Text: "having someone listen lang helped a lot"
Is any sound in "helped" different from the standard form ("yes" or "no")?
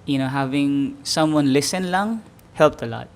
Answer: no